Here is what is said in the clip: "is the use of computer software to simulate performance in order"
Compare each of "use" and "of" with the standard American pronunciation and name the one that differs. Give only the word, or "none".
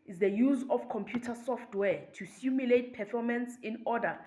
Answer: of